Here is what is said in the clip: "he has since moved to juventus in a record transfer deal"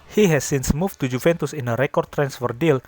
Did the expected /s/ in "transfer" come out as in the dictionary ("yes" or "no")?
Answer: yes